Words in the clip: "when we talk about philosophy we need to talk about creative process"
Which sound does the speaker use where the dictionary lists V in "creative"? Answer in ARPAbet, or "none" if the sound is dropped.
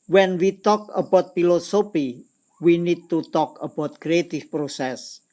F